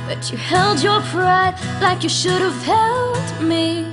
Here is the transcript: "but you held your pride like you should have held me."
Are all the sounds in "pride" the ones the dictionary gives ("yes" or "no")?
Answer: yes